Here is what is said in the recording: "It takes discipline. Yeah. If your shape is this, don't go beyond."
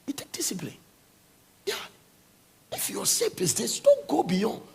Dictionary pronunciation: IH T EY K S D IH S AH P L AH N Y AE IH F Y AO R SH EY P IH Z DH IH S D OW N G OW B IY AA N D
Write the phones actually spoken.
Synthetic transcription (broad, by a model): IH T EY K D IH S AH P L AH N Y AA IH F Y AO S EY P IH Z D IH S D OW N G OW B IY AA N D